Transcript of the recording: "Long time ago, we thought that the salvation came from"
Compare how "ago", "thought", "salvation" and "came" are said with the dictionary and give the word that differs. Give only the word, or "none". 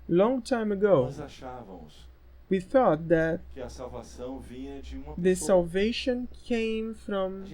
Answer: none